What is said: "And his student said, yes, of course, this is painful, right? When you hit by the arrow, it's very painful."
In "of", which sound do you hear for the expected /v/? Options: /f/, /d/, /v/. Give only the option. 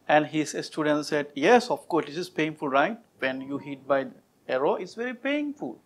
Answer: /f/